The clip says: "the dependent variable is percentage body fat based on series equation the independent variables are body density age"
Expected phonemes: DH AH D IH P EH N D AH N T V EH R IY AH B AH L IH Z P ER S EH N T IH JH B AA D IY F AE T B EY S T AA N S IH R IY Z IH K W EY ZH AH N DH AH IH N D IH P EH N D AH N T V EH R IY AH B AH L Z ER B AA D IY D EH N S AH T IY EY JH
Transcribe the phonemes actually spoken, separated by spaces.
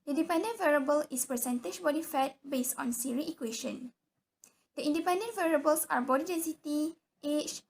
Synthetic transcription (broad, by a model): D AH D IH P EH N D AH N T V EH R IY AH B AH L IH S P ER S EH N T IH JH B AA D IY F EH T B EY S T AA N S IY R IY IH K W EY SH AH N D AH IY N D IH P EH N D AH N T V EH R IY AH B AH L S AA B AA D IY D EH N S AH T IY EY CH